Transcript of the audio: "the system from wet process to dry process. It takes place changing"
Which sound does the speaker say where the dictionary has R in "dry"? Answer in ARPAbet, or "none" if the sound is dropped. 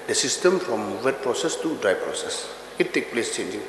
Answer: R